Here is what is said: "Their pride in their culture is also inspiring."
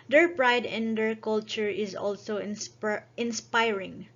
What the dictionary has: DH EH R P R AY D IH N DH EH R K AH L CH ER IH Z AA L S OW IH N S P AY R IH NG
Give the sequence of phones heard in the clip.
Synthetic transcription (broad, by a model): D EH R P R AY D IH N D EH R K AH L CH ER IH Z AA L S OW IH N S P AY R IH NG